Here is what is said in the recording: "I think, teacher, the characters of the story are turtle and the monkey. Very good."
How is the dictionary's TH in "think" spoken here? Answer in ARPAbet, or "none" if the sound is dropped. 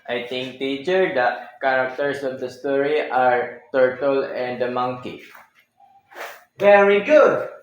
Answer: T